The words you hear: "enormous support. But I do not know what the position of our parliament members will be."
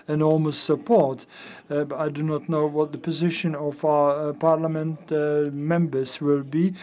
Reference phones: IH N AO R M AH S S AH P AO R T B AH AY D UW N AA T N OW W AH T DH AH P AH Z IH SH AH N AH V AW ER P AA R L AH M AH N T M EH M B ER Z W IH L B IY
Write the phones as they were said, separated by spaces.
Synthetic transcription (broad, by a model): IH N AO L M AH S S AH P AO R T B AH AY D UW N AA T N OW W AH T DH AH P AH Z IH SH AH N AH V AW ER P AA R L AH M AH N T M EH M B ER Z W IH L B IY